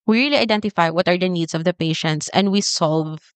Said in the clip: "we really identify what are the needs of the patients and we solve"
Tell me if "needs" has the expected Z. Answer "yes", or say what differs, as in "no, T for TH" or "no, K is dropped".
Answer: no, S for Z